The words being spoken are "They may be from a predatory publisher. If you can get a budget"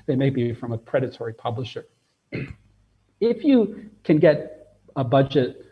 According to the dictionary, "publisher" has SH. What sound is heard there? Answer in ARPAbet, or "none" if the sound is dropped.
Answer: SH